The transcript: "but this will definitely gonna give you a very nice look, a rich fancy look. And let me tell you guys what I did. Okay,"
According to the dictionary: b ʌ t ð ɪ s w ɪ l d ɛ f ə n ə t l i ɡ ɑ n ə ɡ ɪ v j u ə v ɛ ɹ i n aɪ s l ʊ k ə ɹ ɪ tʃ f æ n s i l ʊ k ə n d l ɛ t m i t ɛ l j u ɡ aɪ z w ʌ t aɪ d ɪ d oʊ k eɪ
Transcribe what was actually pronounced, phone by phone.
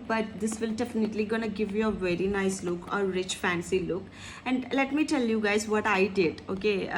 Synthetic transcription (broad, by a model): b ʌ t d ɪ s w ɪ l d ɛ f ə n ə t l i ɡ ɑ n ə ɡ ɪ v j u ə v ɛ ɹ i n aɪ s l ʊ k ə ɹ ɪ tʃ f æ n s i l ʊ k ə n d l ɛ t m i t ɛ l j u ɡ aɪ z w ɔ t aɪ d ɪ d oʊ k eɪ